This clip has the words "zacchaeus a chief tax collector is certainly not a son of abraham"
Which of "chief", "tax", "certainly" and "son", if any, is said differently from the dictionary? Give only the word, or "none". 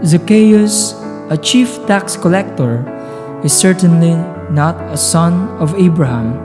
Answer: none